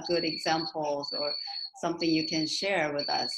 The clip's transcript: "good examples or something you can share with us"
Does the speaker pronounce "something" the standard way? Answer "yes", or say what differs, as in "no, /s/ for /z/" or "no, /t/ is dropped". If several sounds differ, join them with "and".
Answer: yes